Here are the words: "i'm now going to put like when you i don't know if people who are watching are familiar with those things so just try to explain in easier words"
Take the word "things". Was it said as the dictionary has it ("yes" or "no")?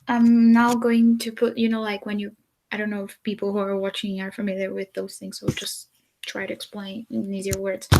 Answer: yes